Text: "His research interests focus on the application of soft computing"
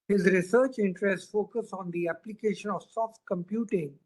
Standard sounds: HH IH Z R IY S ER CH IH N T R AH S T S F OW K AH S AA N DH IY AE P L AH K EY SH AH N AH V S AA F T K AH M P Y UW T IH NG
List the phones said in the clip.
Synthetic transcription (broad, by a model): HH IH Z R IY S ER CH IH N T R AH S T F OW K AH S AA N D IY AE P L AH K EY SH AH N AH V S AA F T K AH M P Y UW T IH NG